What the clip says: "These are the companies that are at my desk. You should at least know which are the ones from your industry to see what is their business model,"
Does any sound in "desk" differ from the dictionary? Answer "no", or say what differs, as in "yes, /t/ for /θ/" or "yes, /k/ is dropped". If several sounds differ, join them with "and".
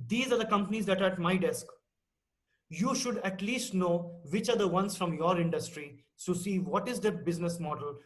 no